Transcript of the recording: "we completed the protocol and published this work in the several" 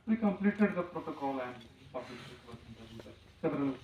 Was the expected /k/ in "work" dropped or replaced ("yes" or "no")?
yes